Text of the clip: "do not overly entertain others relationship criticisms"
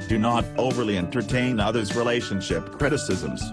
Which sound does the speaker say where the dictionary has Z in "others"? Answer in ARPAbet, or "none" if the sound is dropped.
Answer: Z